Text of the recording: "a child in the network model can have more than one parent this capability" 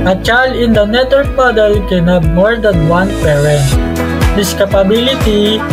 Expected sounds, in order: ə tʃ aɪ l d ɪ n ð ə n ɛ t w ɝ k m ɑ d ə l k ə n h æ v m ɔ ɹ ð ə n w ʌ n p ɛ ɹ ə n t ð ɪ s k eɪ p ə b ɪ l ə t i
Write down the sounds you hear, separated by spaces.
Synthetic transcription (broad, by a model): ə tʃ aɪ l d ɪ n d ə n ɛ t w ɝ k m ɑ d ə l k ə n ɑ b m ɔ ɹ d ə n w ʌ n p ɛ ɹ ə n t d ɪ s k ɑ p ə b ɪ l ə t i